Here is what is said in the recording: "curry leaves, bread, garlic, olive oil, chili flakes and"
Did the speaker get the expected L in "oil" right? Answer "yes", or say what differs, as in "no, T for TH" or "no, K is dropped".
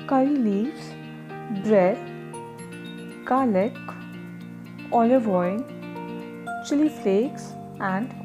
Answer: no, N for L